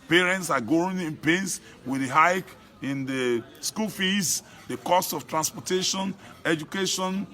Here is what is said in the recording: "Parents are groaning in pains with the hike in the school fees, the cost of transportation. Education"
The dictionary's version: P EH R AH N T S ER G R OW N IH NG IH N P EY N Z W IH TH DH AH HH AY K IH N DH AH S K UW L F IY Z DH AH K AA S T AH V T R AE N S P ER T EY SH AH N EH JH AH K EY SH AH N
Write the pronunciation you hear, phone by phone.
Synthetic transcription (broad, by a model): P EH R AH N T S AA G OW IH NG IH N P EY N S W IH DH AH HH AY K IH N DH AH S K UW L F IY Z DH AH K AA S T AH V T R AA N S P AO T EY SH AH N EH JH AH K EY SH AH N